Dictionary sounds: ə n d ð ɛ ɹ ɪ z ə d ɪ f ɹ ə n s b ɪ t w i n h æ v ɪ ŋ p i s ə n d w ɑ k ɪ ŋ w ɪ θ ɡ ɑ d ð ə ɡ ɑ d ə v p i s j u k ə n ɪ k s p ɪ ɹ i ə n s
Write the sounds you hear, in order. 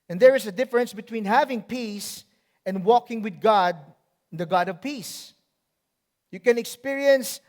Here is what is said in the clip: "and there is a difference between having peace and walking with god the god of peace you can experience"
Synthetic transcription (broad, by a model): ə n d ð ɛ ɹ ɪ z ə d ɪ f ɹ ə n s b ɪ t w i n h æ v ɪ ŋ p i s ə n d w ɑ k ɪ ŋ w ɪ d ɡ ɑ d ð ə ɡ ɑ d ə v p i s j u k ə n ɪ k s p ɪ ɹ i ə n s